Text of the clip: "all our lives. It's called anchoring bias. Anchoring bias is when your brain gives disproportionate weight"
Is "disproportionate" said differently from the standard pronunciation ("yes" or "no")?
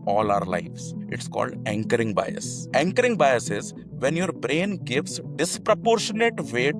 no